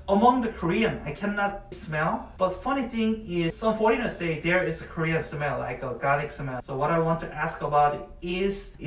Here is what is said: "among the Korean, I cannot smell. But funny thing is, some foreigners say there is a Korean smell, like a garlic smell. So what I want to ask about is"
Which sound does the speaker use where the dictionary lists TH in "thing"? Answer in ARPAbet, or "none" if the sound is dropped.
TH